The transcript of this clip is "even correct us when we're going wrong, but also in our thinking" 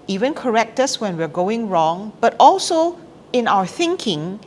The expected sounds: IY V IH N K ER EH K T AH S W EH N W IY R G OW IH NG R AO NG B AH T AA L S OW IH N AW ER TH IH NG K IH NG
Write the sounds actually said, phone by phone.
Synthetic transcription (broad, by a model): IY V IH N K ER EH K T AH S W EH N W IY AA G OW IH NG R AO NG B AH T AA L S OW IH N AW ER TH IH NG K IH NG